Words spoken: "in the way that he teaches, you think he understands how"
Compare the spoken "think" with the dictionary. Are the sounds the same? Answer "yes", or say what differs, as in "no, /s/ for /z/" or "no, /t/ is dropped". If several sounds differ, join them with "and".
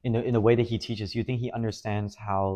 yes